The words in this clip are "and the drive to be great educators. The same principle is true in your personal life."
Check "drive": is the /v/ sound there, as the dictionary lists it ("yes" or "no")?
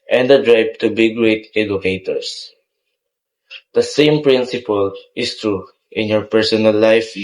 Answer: no